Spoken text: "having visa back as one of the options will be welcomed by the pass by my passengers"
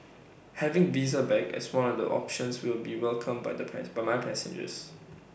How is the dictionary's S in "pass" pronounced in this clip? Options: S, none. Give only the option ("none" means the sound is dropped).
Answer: none